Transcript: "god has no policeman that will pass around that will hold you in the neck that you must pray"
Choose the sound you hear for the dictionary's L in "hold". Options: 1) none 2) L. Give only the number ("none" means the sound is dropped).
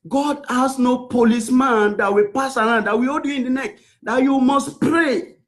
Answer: 1